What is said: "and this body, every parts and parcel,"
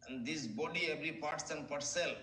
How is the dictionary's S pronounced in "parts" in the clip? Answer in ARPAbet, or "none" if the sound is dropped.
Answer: S